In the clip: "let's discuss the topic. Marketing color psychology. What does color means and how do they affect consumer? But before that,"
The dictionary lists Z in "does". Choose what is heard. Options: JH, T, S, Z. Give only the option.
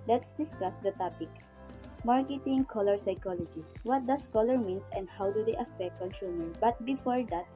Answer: S